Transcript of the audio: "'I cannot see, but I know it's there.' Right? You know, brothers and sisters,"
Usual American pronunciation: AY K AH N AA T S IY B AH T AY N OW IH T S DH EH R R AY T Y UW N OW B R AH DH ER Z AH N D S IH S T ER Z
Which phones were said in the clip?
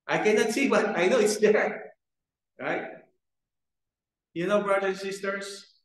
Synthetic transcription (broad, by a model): AY K AH N AA T S IY B AH T AY N OW IH T S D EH R R AY T Y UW N OW B R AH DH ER AH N S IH S T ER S